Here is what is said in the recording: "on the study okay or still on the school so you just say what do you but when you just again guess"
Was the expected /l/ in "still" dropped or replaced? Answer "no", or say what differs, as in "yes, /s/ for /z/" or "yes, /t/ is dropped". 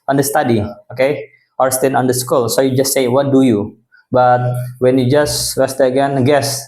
yes, /n/ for /l/